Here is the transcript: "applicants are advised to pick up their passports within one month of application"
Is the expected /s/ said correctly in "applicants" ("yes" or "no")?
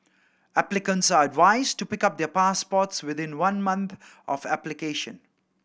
yes